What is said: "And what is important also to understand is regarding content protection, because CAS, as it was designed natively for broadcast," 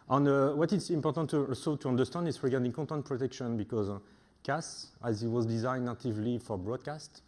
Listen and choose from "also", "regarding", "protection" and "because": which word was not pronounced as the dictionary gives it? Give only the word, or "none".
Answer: none